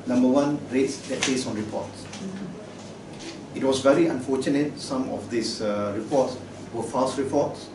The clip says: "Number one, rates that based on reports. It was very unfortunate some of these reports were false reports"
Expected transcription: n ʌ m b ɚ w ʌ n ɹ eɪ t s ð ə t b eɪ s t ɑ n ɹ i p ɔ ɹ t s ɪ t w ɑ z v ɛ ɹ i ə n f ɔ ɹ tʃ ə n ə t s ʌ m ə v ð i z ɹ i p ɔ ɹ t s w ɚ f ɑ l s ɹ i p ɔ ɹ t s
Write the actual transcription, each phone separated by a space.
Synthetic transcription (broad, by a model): n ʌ m b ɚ w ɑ n ɹ eɪ t s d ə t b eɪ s ɑ n ɹ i p ɔ t s ɪ t w ɑ s v ɛ ɹ i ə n f ɔ tʃ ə n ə t s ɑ m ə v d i s ɹ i p ɔ t s w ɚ f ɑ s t ɹ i p ɔ t s